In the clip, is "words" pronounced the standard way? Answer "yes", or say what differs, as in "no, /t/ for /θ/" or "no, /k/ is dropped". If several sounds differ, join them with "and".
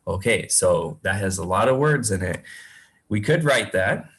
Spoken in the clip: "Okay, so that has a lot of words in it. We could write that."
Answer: yes